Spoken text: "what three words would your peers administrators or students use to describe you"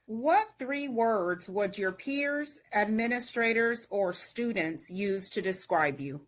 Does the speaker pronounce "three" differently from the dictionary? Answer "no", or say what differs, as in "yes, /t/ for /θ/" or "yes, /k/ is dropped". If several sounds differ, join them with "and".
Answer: no